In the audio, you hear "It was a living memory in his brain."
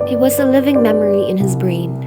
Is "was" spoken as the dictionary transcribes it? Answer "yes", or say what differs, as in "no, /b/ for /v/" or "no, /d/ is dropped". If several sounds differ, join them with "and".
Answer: yes